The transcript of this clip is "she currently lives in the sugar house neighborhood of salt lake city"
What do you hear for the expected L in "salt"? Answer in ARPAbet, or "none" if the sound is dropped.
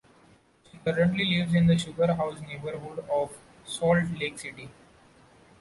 L